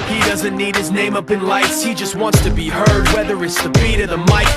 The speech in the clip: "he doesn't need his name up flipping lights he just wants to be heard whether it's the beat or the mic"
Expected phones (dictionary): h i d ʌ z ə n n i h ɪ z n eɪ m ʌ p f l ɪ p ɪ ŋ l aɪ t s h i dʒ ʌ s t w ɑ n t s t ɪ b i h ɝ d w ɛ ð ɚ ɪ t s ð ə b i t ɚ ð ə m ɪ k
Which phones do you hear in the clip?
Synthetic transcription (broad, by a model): h i d ʌ z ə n n i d ɪ z n eɪ m ʌ p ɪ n l aɪ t s h i dʒ ʌ s t w ɑ n t s t ɪ b i h ɝ d w ɛ ð ɚ ɪ t s ð ə b i t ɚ ð ə m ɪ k